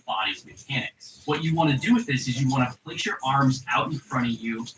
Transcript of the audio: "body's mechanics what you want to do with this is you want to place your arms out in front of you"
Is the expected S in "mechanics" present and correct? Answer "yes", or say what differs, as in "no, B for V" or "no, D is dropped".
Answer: no, S is dropped